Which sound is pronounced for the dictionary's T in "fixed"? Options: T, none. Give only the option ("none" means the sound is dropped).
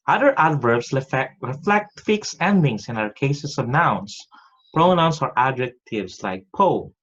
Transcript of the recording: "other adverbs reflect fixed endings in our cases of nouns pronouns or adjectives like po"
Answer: none